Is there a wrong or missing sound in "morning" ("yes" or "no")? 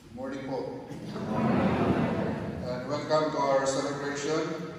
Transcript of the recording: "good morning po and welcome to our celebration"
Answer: yes